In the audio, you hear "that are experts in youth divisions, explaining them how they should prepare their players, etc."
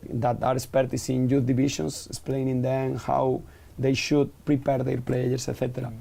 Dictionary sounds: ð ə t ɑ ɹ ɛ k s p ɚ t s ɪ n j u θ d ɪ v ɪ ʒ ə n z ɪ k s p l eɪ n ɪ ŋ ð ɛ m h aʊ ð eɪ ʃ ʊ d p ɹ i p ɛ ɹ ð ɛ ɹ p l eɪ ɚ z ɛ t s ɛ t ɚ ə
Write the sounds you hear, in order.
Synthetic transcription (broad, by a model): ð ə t ɑ ɹ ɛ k s p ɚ t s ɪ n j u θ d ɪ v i ʃ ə n s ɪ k s p l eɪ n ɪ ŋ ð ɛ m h aʊ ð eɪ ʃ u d p ɹ i p ɛ ɹ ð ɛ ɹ p l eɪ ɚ s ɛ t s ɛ t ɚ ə